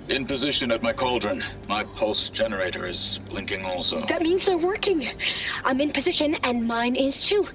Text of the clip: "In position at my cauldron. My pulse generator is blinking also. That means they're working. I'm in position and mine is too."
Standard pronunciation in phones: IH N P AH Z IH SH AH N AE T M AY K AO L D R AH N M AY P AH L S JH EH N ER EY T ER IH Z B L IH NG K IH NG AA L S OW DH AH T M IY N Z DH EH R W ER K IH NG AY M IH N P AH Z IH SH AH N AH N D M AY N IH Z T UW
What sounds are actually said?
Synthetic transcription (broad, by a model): IH N P AH Z IH SH AH N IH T M AY K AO L D R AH N M AY P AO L S JH EH N ER EY T ER IH Z B L IH NG K IH NG AA L S OW DH AH T M IY N Z DH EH R W ER K IH NG AY M IH N P AH Z IH SH AH N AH N M AY N IH Z T UW